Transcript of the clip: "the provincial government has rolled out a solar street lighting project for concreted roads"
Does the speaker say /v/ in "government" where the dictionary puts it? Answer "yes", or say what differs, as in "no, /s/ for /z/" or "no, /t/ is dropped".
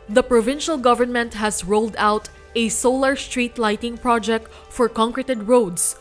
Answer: yes